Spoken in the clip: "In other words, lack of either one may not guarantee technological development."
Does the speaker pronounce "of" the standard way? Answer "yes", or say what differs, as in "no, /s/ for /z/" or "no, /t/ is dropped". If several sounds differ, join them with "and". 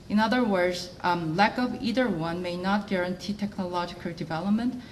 yes